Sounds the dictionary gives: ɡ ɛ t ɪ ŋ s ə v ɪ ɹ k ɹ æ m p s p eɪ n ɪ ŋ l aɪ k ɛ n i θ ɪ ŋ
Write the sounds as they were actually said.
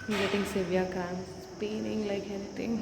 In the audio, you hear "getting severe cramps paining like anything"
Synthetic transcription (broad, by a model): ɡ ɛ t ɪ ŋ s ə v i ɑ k ɑ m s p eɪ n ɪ ŋ l aɪ k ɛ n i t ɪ ŋ